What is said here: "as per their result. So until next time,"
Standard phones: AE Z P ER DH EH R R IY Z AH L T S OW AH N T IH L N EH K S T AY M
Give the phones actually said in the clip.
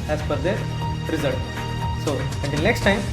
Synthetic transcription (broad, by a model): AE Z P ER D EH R R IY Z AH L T S OW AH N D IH N N EH K S T AY M